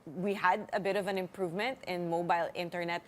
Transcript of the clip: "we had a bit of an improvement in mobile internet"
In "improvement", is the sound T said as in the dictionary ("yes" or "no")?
yes